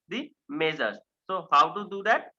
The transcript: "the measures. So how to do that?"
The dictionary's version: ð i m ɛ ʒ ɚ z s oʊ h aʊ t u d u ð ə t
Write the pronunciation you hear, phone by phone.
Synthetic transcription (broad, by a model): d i m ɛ z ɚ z s oʊ h aʊ t u d u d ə t